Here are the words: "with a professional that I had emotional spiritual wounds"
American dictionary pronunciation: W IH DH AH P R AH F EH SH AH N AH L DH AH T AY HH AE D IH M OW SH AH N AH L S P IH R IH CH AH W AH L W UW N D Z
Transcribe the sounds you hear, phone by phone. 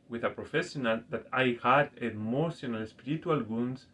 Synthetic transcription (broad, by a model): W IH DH AH P R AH F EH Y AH N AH L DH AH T AY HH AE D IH M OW S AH N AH L S P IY R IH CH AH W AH L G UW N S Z